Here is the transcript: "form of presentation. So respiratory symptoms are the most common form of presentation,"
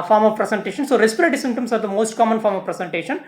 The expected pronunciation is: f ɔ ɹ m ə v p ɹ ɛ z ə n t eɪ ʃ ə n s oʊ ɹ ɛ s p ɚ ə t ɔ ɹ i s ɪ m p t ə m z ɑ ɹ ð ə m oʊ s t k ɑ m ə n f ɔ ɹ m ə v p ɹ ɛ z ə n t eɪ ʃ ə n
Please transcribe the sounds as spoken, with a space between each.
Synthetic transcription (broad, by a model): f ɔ ɹ m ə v p ɹ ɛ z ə n t eɪ ʃ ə n s oʊ ɹ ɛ s p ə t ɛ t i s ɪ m t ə m s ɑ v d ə m oʊ s t k ɑ m ə n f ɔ ɹ m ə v p ɹ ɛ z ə n t eɪ ʃ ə n